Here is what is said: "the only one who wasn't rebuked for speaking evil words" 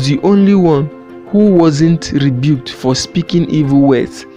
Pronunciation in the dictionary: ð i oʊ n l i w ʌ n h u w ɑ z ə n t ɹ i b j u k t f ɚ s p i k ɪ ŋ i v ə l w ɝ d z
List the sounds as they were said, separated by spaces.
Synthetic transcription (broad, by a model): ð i oʊ n l i w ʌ n h u w ɑ z ə n t ɹ i b j u k t f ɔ s p i k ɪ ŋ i v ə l w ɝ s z